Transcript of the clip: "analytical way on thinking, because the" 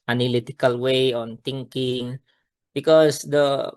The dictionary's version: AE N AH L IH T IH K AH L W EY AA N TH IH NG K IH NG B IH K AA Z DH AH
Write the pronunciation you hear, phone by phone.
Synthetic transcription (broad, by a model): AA N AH L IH T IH K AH L W EY AA N T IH NG K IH NG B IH K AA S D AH